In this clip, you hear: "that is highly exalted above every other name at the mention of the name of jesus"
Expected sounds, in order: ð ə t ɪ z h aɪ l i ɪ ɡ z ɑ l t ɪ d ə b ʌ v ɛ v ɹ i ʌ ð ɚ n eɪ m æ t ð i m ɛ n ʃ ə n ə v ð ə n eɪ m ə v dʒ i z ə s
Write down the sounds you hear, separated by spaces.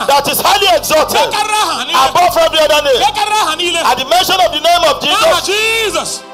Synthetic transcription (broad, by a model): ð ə t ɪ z h aɪ l i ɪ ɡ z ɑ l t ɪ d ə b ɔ f ɛ v ɹ i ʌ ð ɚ n eɪ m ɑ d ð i m ɛ n ʃ ə n ə v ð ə n eɪ m ə v dʒ i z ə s